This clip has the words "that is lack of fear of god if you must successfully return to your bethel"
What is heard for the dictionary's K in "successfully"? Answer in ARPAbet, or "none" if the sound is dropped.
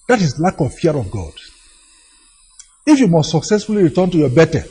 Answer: K